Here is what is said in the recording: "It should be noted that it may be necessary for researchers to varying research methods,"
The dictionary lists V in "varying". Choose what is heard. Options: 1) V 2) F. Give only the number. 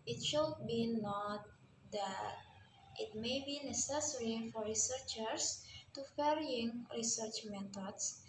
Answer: 2